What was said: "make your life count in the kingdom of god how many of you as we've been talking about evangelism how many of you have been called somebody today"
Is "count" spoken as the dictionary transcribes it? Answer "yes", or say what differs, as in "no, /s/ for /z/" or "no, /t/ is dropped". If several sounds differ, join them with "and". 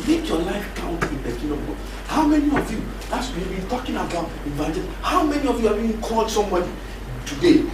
yes